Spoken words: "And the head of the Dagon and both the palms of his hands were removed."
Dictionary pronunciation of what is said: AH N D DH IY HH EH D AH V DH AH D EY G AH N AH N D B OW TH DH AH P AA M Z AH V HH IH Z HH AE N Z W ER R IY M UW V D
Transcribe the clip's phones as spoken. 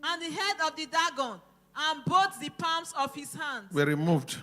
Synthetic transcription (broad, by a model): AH N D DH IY HH EH D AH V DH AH D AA G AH N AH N B OW T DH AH P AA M S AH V HH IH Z HH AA N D W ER R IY M UW V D